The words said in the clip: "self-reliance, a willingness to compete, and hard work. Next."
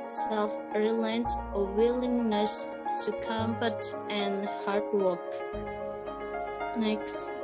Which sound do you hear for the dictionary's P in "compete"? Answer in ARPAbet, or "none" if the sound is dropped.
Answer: F